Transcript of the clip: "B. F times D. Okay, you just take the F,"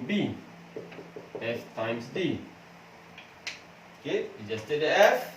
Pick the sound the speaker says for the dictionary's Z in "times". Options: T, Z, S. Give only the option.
S